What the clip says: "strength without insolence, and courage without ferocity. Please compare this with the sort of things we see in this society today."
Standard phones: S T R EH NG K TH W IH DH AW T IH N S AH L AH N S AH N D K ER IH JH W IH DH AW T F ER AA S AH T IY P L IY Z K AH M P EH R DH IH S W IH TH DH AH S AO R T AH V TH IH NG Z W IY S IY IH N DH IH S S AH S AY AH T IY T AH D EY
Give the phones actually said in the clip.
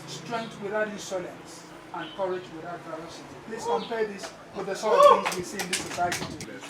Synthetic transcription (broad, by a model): S T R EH NG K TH W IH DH AW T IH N S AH L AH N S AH N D K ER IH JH W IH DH AW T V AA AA S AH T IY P L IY S K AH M P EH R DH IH S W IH DH AH S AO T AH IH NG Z W IY S IY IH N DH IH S S AH S AY AH T IY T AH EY